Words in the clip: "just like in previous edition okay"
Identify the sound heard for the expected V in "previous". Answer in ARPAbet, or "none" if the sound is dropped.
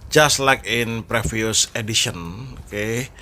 F